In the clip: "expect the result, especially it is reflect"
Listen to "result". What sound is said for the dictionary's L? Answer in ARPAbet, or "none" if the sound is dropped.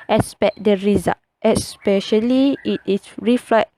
none